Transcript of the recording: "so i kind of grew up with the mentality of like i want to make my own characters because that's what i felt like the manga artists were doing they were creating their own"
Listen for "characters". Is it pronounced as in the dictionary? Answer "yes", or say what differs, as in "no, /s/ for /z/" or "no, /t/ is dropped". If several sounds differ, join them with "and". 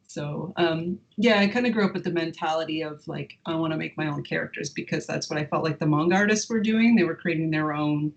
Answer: yes